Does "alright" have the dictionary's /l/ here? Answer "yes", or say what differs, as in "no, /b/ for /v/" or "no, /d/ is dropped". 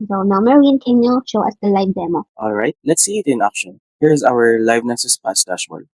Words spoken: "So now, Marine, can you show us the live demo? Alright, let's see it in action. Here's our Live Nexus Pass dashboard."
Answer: yes